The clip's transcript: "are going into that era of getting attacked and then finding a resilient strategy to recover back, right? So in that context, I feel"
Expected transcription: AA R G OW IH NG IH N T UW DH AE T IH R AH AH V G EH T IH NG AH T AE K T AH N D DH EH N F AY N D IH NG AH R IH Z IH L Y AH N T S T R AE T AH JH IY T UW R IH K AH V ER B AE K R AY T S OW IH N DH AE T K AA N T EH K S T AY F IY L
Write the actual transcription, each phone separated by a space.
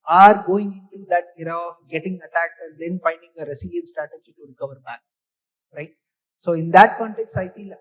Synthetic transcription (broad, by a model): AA R G OW IH NG IH N T UW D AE T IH R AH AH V G EH T IH NG AH T AE K T AH N D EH N F AY N D IH NG AH R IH S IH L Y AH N S T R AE T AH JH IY T UW R IH K AH V ER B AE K R AY T S OW IH N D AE T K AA N T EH K S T AY F IY L